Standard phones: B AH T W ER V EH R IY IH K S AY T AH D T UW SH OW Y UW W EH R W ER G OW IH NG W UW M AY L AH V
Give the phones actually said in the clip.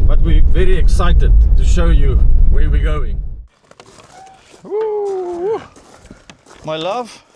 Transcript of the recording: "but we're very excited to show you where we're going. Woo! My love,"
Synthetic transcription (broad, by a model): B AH T W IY V EH R IY IH K S AY T AH D T UW SH OW Y UW W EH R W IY G OW IH NG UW M AY L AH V